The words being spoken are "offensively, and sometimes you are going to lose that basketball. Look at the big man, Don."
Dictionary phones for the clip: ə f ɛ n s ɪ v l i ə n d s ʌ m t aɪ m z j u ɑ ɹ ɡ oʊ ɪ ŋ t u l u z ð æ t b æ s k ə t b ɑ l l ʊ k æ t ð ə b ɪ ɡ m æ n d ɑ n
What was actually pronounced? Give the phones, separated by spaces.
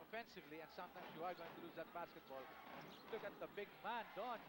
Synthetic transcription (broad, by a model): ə f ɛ n s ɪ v l i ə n s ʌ m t aɪ m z j u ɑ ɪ ɡ oʊ ɪ ŋ t u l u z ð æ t b æ s k ə t b ɑ l l ʊ k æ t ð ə b ɪ ɡ m æ n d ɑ n